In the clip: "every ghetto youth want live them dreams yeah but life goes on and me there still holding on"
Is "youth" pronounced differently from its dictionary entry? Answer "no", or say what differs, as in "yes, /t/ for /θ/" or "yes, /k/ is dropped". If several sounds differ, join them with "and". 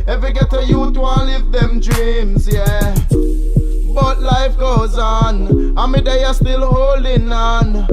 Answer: yes, /t/ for /θ/